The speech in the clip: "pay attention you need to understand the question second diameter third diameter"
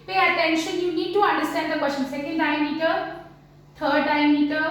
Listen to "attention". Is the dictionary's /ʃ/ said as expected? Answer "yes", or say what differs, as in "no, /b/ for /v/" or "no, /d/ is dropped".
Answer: yes